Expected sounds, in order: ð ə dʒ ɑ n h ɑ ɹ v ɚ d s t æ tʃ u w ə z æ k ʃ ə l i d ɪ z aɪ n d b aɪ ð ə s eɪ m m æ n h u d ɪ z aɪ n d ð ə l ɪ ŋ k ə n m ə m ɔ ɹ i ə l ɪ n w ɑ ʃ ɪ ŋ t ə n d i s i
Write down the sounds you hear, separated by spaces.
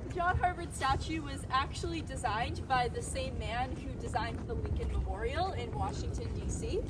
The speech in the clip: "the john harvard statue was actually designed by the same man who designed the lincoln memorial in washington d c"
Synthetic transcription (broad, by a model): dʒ ɑ n h ɑ ɹ v ɚ d s t æ tʃ u w ə z æ k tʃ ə l i d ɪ z aɪ n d b aɪ ð ə s eɪ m m æ n h u d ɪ z aɪ n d ð ə w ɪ k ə n m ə m ɔ ɹ i l ɪ n w ɑ ʃ ɪ ŋ t ə n d i s i